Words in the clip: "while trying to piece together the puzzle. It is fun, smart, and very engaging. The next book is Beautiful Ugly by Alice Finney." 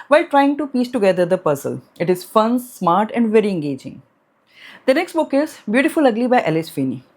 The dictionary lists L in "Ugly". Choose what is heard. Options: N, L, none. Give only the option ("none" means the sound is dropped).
L